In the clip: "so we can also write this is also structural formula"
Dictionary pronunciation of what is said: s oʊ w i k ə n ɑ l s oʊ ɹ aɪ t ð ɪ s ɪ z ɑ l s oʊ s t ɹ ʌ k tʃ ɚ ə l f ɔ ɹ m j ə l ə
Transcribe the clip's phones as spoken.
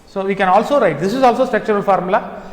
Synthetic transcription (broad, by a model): s oʊ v i k ə n ɑ l s oʊ ɹ aɪ t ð ɪ s ɪ z ɑ l s oʊ s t ɛ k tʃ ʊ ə l f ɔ ɹ m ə l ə